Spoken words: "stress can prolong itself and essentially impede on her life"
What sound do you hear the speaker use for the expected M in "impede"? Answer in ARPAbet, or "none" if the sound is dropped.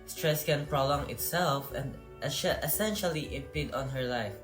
none